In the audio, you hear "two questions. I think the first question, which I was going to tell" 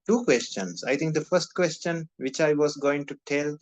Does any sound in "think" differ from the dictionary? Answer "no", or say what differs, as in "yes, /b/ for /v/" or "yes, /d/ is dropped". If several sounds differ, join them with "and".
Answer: yes, /t/ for /θ/